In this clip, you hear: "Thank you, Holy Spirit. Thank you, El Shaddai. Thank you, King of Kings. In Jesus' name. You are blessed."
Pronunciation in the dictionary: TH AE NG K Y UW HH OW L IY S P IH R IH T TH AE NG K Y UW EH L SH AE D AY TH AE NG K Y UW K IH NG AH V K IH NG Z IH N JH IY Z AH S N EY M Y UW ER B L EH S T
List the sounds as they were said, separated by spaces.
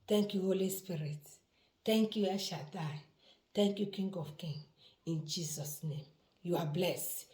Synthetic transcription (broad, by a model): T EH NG K Y UW HH OW L IY S P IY R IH T T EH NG K Y UW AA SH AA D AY T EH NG K Y UW K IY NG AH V K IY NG IH N JH IY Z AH S N EY M Y UW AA B L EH S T